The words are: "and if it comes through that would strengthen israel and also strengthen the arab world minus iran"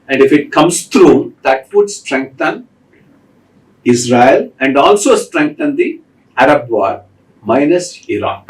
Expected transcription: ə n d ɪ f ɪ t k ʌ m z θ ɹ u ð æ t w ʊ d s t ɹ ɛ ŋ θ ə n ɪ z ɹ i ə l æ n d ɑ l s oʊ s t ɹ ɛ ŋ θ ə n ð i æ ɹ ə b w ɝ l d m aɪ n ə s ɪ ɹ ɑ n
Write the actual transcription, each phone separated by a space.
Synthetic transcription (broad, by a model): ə n d ɪ f ɪ t k ʌ m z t ɹ u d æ t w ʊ d s t ɹ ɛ ŋ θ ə n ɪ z ɹ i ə l æ n d ɑ l s oʊ s t ɹ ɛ ŋ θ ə n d i æ ɹ ə b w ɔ d m aɪ n ə s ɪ ɹ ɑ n